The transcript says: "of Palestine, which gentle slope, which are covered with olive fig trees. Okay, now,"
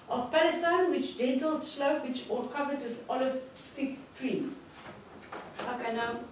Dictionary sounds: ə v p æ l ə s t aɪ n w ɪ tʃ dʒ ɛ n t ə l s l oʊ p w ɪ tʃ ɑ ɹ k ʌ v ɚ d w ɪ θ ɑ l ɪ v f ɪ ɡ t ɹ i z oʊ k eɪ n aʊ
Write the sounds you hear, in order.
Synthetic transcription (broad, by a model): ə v p æ l ə s t aɪ n w ɪ tʃ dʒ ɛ n t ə l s l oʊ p w ɪ tʃ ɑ l k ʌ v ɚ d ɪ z ɑ l ɪ v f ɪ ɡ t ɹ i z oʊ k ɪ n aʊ